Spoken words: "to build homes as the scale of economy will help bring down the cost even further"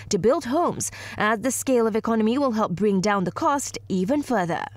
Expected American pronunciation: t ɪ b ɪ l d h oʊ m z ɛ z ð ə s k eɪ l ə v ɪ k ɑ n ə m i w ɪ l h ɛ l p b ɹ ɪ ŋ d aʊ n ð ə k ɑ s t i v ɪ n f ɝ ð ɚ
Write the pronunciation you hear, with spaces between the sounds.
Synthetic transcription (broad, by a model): t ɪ b ɪ l d h oʊ m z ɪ z ð ə s k eɪ l ə v ɪ k ɑ n ə m i w ɪ l h ɛ l p b ɹ ɪ ŋ d aʊ n ð ə k ɑ s t i v ɪ n f ɝ ð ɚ